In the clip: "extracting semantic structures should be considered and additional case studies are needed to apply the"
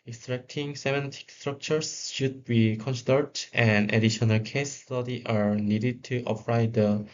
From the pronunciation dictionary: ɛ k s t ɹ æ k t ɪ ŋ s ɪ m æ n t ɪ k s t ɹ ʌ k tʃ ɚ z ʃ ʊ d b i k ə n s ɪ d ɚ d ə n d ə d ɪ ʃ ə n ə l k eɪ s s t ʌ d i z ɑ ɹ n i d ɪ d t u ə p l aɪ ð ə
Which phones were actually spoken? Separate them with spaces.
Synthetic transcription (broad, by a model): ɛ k s t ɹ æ k t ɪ ŋ s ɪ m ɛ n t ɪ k s t ɹ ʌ k tʃ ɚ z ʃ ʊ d b i k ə n s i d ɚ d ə n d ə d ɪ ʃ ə n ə l k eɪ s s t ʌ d i ɑ ɹ n i d ɪ d t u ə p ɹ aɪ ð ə